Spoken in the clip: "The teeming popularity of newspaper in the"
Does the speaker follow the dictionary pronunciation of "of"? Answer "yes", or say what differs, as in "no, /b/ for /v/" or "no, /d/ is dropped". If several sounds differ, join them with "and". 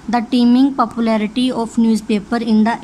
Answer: no, /p/ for /v/